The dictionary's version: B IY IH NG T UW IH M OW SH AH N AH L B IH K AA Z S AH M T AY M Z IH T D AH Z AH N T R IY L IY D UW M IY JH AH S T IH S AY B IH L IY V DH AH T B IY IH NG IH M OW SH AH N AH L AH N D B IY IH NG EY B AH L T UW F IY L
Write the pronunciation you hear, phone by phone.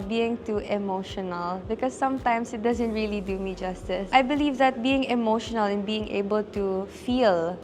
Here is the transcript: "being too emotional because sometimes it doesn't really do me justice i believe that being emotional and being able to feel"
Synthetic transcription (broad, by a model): B IY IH NG T UW IH M OW SH AH N AH L B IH K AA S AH M T AY M S IH T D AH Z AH N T R IY L IY D UW M IY JH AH S T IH S AY B IH L IY V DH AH T B IY IH NG IH M OW SH AH N AH L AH N B IY IH NG EY B AH L T UW F IY L